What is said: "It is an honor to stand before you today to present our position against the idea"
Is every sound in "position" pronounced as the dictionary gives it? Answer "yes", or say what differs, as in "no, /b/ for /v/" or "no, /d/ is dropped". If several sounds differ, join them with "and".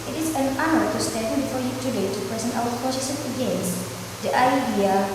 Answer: no, /s/ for /ʃ/